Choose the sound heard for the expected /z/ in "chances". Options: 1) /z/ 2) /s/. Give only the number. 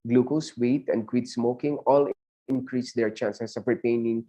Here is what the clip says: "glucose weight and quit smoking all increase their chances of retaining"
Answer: 2